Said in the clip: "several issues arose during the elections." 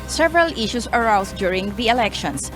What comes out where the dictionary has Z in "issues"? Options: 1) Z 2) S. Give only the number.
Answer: 2